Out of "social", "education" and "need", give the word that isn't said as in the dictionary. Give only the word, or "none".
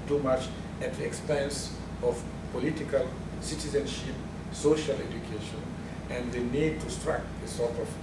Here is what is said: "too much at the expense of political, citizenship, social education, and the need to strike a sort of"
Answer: none